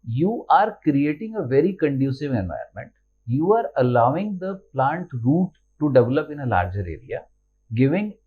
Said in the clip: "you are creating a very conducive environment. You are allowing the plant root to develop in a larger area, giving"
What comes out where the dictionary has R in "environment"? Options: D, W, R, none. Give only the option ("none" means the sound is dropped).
none